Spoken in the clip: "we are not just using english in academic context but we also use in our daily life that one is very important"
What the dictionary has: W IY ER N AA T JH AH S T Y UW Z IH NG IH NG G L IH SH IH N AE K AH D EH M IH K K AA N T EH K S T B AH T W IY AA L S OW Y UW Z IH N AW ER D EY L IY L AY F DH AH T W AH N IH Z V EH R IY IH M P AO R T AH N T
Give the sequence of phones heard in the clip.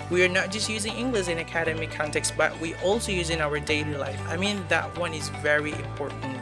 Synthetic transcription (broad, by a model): W IY ER N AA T JH AH S T Y UW Z IH NG IH NG G L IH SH IH N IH K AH D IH M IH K K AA N T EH K S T B AH T W IY AA L S OW Y UW Z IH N AW ER D EY L IY L AY F DH AH T W AH N IH Z V EH R IY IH M P AO R T N T